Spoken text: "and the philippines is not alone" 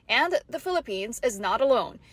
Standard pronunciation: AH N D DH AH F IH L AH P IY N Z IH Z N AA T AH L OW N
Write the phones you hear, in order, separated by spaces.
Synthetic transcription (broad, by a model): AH N DH AH F IH L AH P IY N Z IH Z N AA T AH L OW N